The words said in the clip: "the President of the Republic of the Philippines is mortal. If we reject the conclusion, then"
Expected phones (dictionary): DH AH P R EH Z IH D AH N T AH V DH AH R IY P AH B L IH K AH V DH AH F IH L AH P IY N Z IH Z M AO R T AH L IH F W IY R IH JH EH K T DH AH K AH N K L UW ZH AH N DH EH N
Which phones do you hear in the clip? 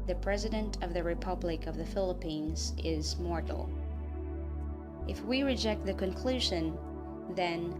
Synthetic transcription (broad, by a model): DH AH P R EH Z IH D AH N T AH V DH AH R IY P AH B L IH K AH V DH AH F IH L AH P IY N Z IH Z M AO R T L IH F W IY R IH JH EH K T DH AH K AH N K L UW ZH AH N DH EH N